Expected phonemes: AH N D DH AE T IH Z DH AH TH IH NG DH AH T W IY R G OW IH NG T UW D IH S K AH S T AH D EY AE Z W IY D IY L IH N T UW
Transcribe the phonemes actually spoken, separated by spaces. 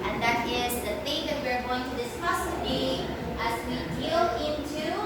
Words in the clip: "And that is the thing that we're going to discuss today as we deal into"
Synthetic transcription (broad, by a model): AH N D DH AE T IH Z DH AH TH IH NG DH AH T W IY R G OW IH NG T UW D IH S K AH S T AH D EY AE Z W IY D IY L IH N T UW